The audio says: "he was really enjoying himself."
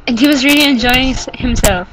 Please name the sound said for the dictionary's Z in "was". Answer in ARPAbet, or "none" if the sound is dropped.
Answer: Z